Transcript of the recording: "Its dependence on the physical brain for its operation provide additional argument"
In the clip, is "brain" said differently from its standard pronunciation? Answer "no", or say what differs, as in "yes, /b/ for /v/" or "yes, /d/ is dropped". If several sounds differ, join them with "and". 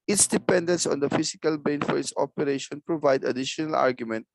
yes, /ɹ/ is dropped